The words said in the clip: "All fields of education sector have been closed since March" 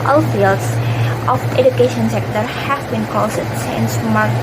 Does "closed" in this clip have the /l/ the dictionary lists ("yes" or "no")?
no